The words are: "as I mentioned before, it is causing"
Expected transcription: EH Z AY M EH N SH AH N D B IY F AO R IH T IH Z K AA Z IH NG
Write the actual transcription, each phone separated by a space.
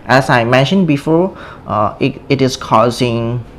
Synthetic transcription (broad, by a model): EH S AY M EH N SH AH N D B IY F AO IH T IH S K AA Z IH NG